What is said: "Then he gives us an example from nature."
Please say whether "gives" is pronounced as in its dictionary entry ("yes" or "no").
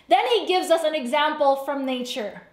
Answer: yes